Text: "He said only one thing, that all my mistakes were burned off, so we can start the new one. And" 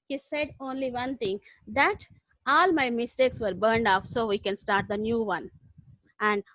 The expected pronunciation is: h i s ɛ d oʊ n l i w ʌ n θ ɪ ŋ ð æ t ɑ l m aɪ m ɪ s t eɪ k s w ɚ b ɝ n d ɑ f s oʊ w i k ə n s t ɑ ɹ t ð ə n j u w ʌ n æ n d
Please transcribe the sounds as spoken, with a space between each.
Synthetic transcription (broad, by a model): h i s ɛ d oʊ n l i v ʌ n t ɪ ŋ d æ t ɑ l m aɪ m ɪ s t eɪ k s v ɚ b ɝ n d ɑ f s oʊ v i k ə n s t ɑ ɹ t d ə n j u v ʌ n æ n d